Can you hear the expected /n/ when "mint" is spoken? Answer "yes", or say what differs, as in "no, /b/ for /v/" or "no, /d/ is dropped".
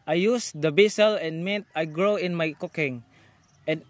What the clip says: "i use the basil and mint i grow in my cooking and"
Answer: no, /n/ is dropped